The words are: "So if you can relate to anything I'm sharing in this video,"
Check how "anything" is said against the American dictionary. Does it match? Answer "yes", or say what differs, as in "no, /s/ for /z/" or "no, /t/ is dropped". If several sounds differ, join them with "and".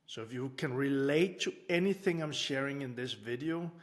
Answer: yes